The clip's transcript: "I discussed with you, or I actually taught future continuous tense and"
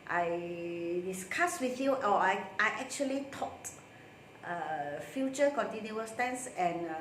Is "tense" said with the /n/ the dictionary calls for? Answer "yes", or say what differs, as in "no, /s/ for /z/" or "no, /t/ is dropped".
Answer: yes